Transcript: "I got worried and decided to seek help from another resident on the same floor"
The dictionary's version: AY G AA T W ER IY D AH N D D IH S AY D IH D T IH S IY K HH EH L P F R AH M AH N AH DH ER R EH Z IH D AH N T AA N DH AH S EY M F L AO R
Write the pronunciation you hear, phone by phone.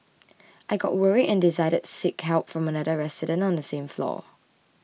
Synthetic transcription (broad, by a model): AY G AA T W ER IY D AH N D D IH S AY D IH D S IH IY K HH EH L P F R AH M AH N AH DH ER R EH S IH D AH N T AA N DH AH S EY M F L AO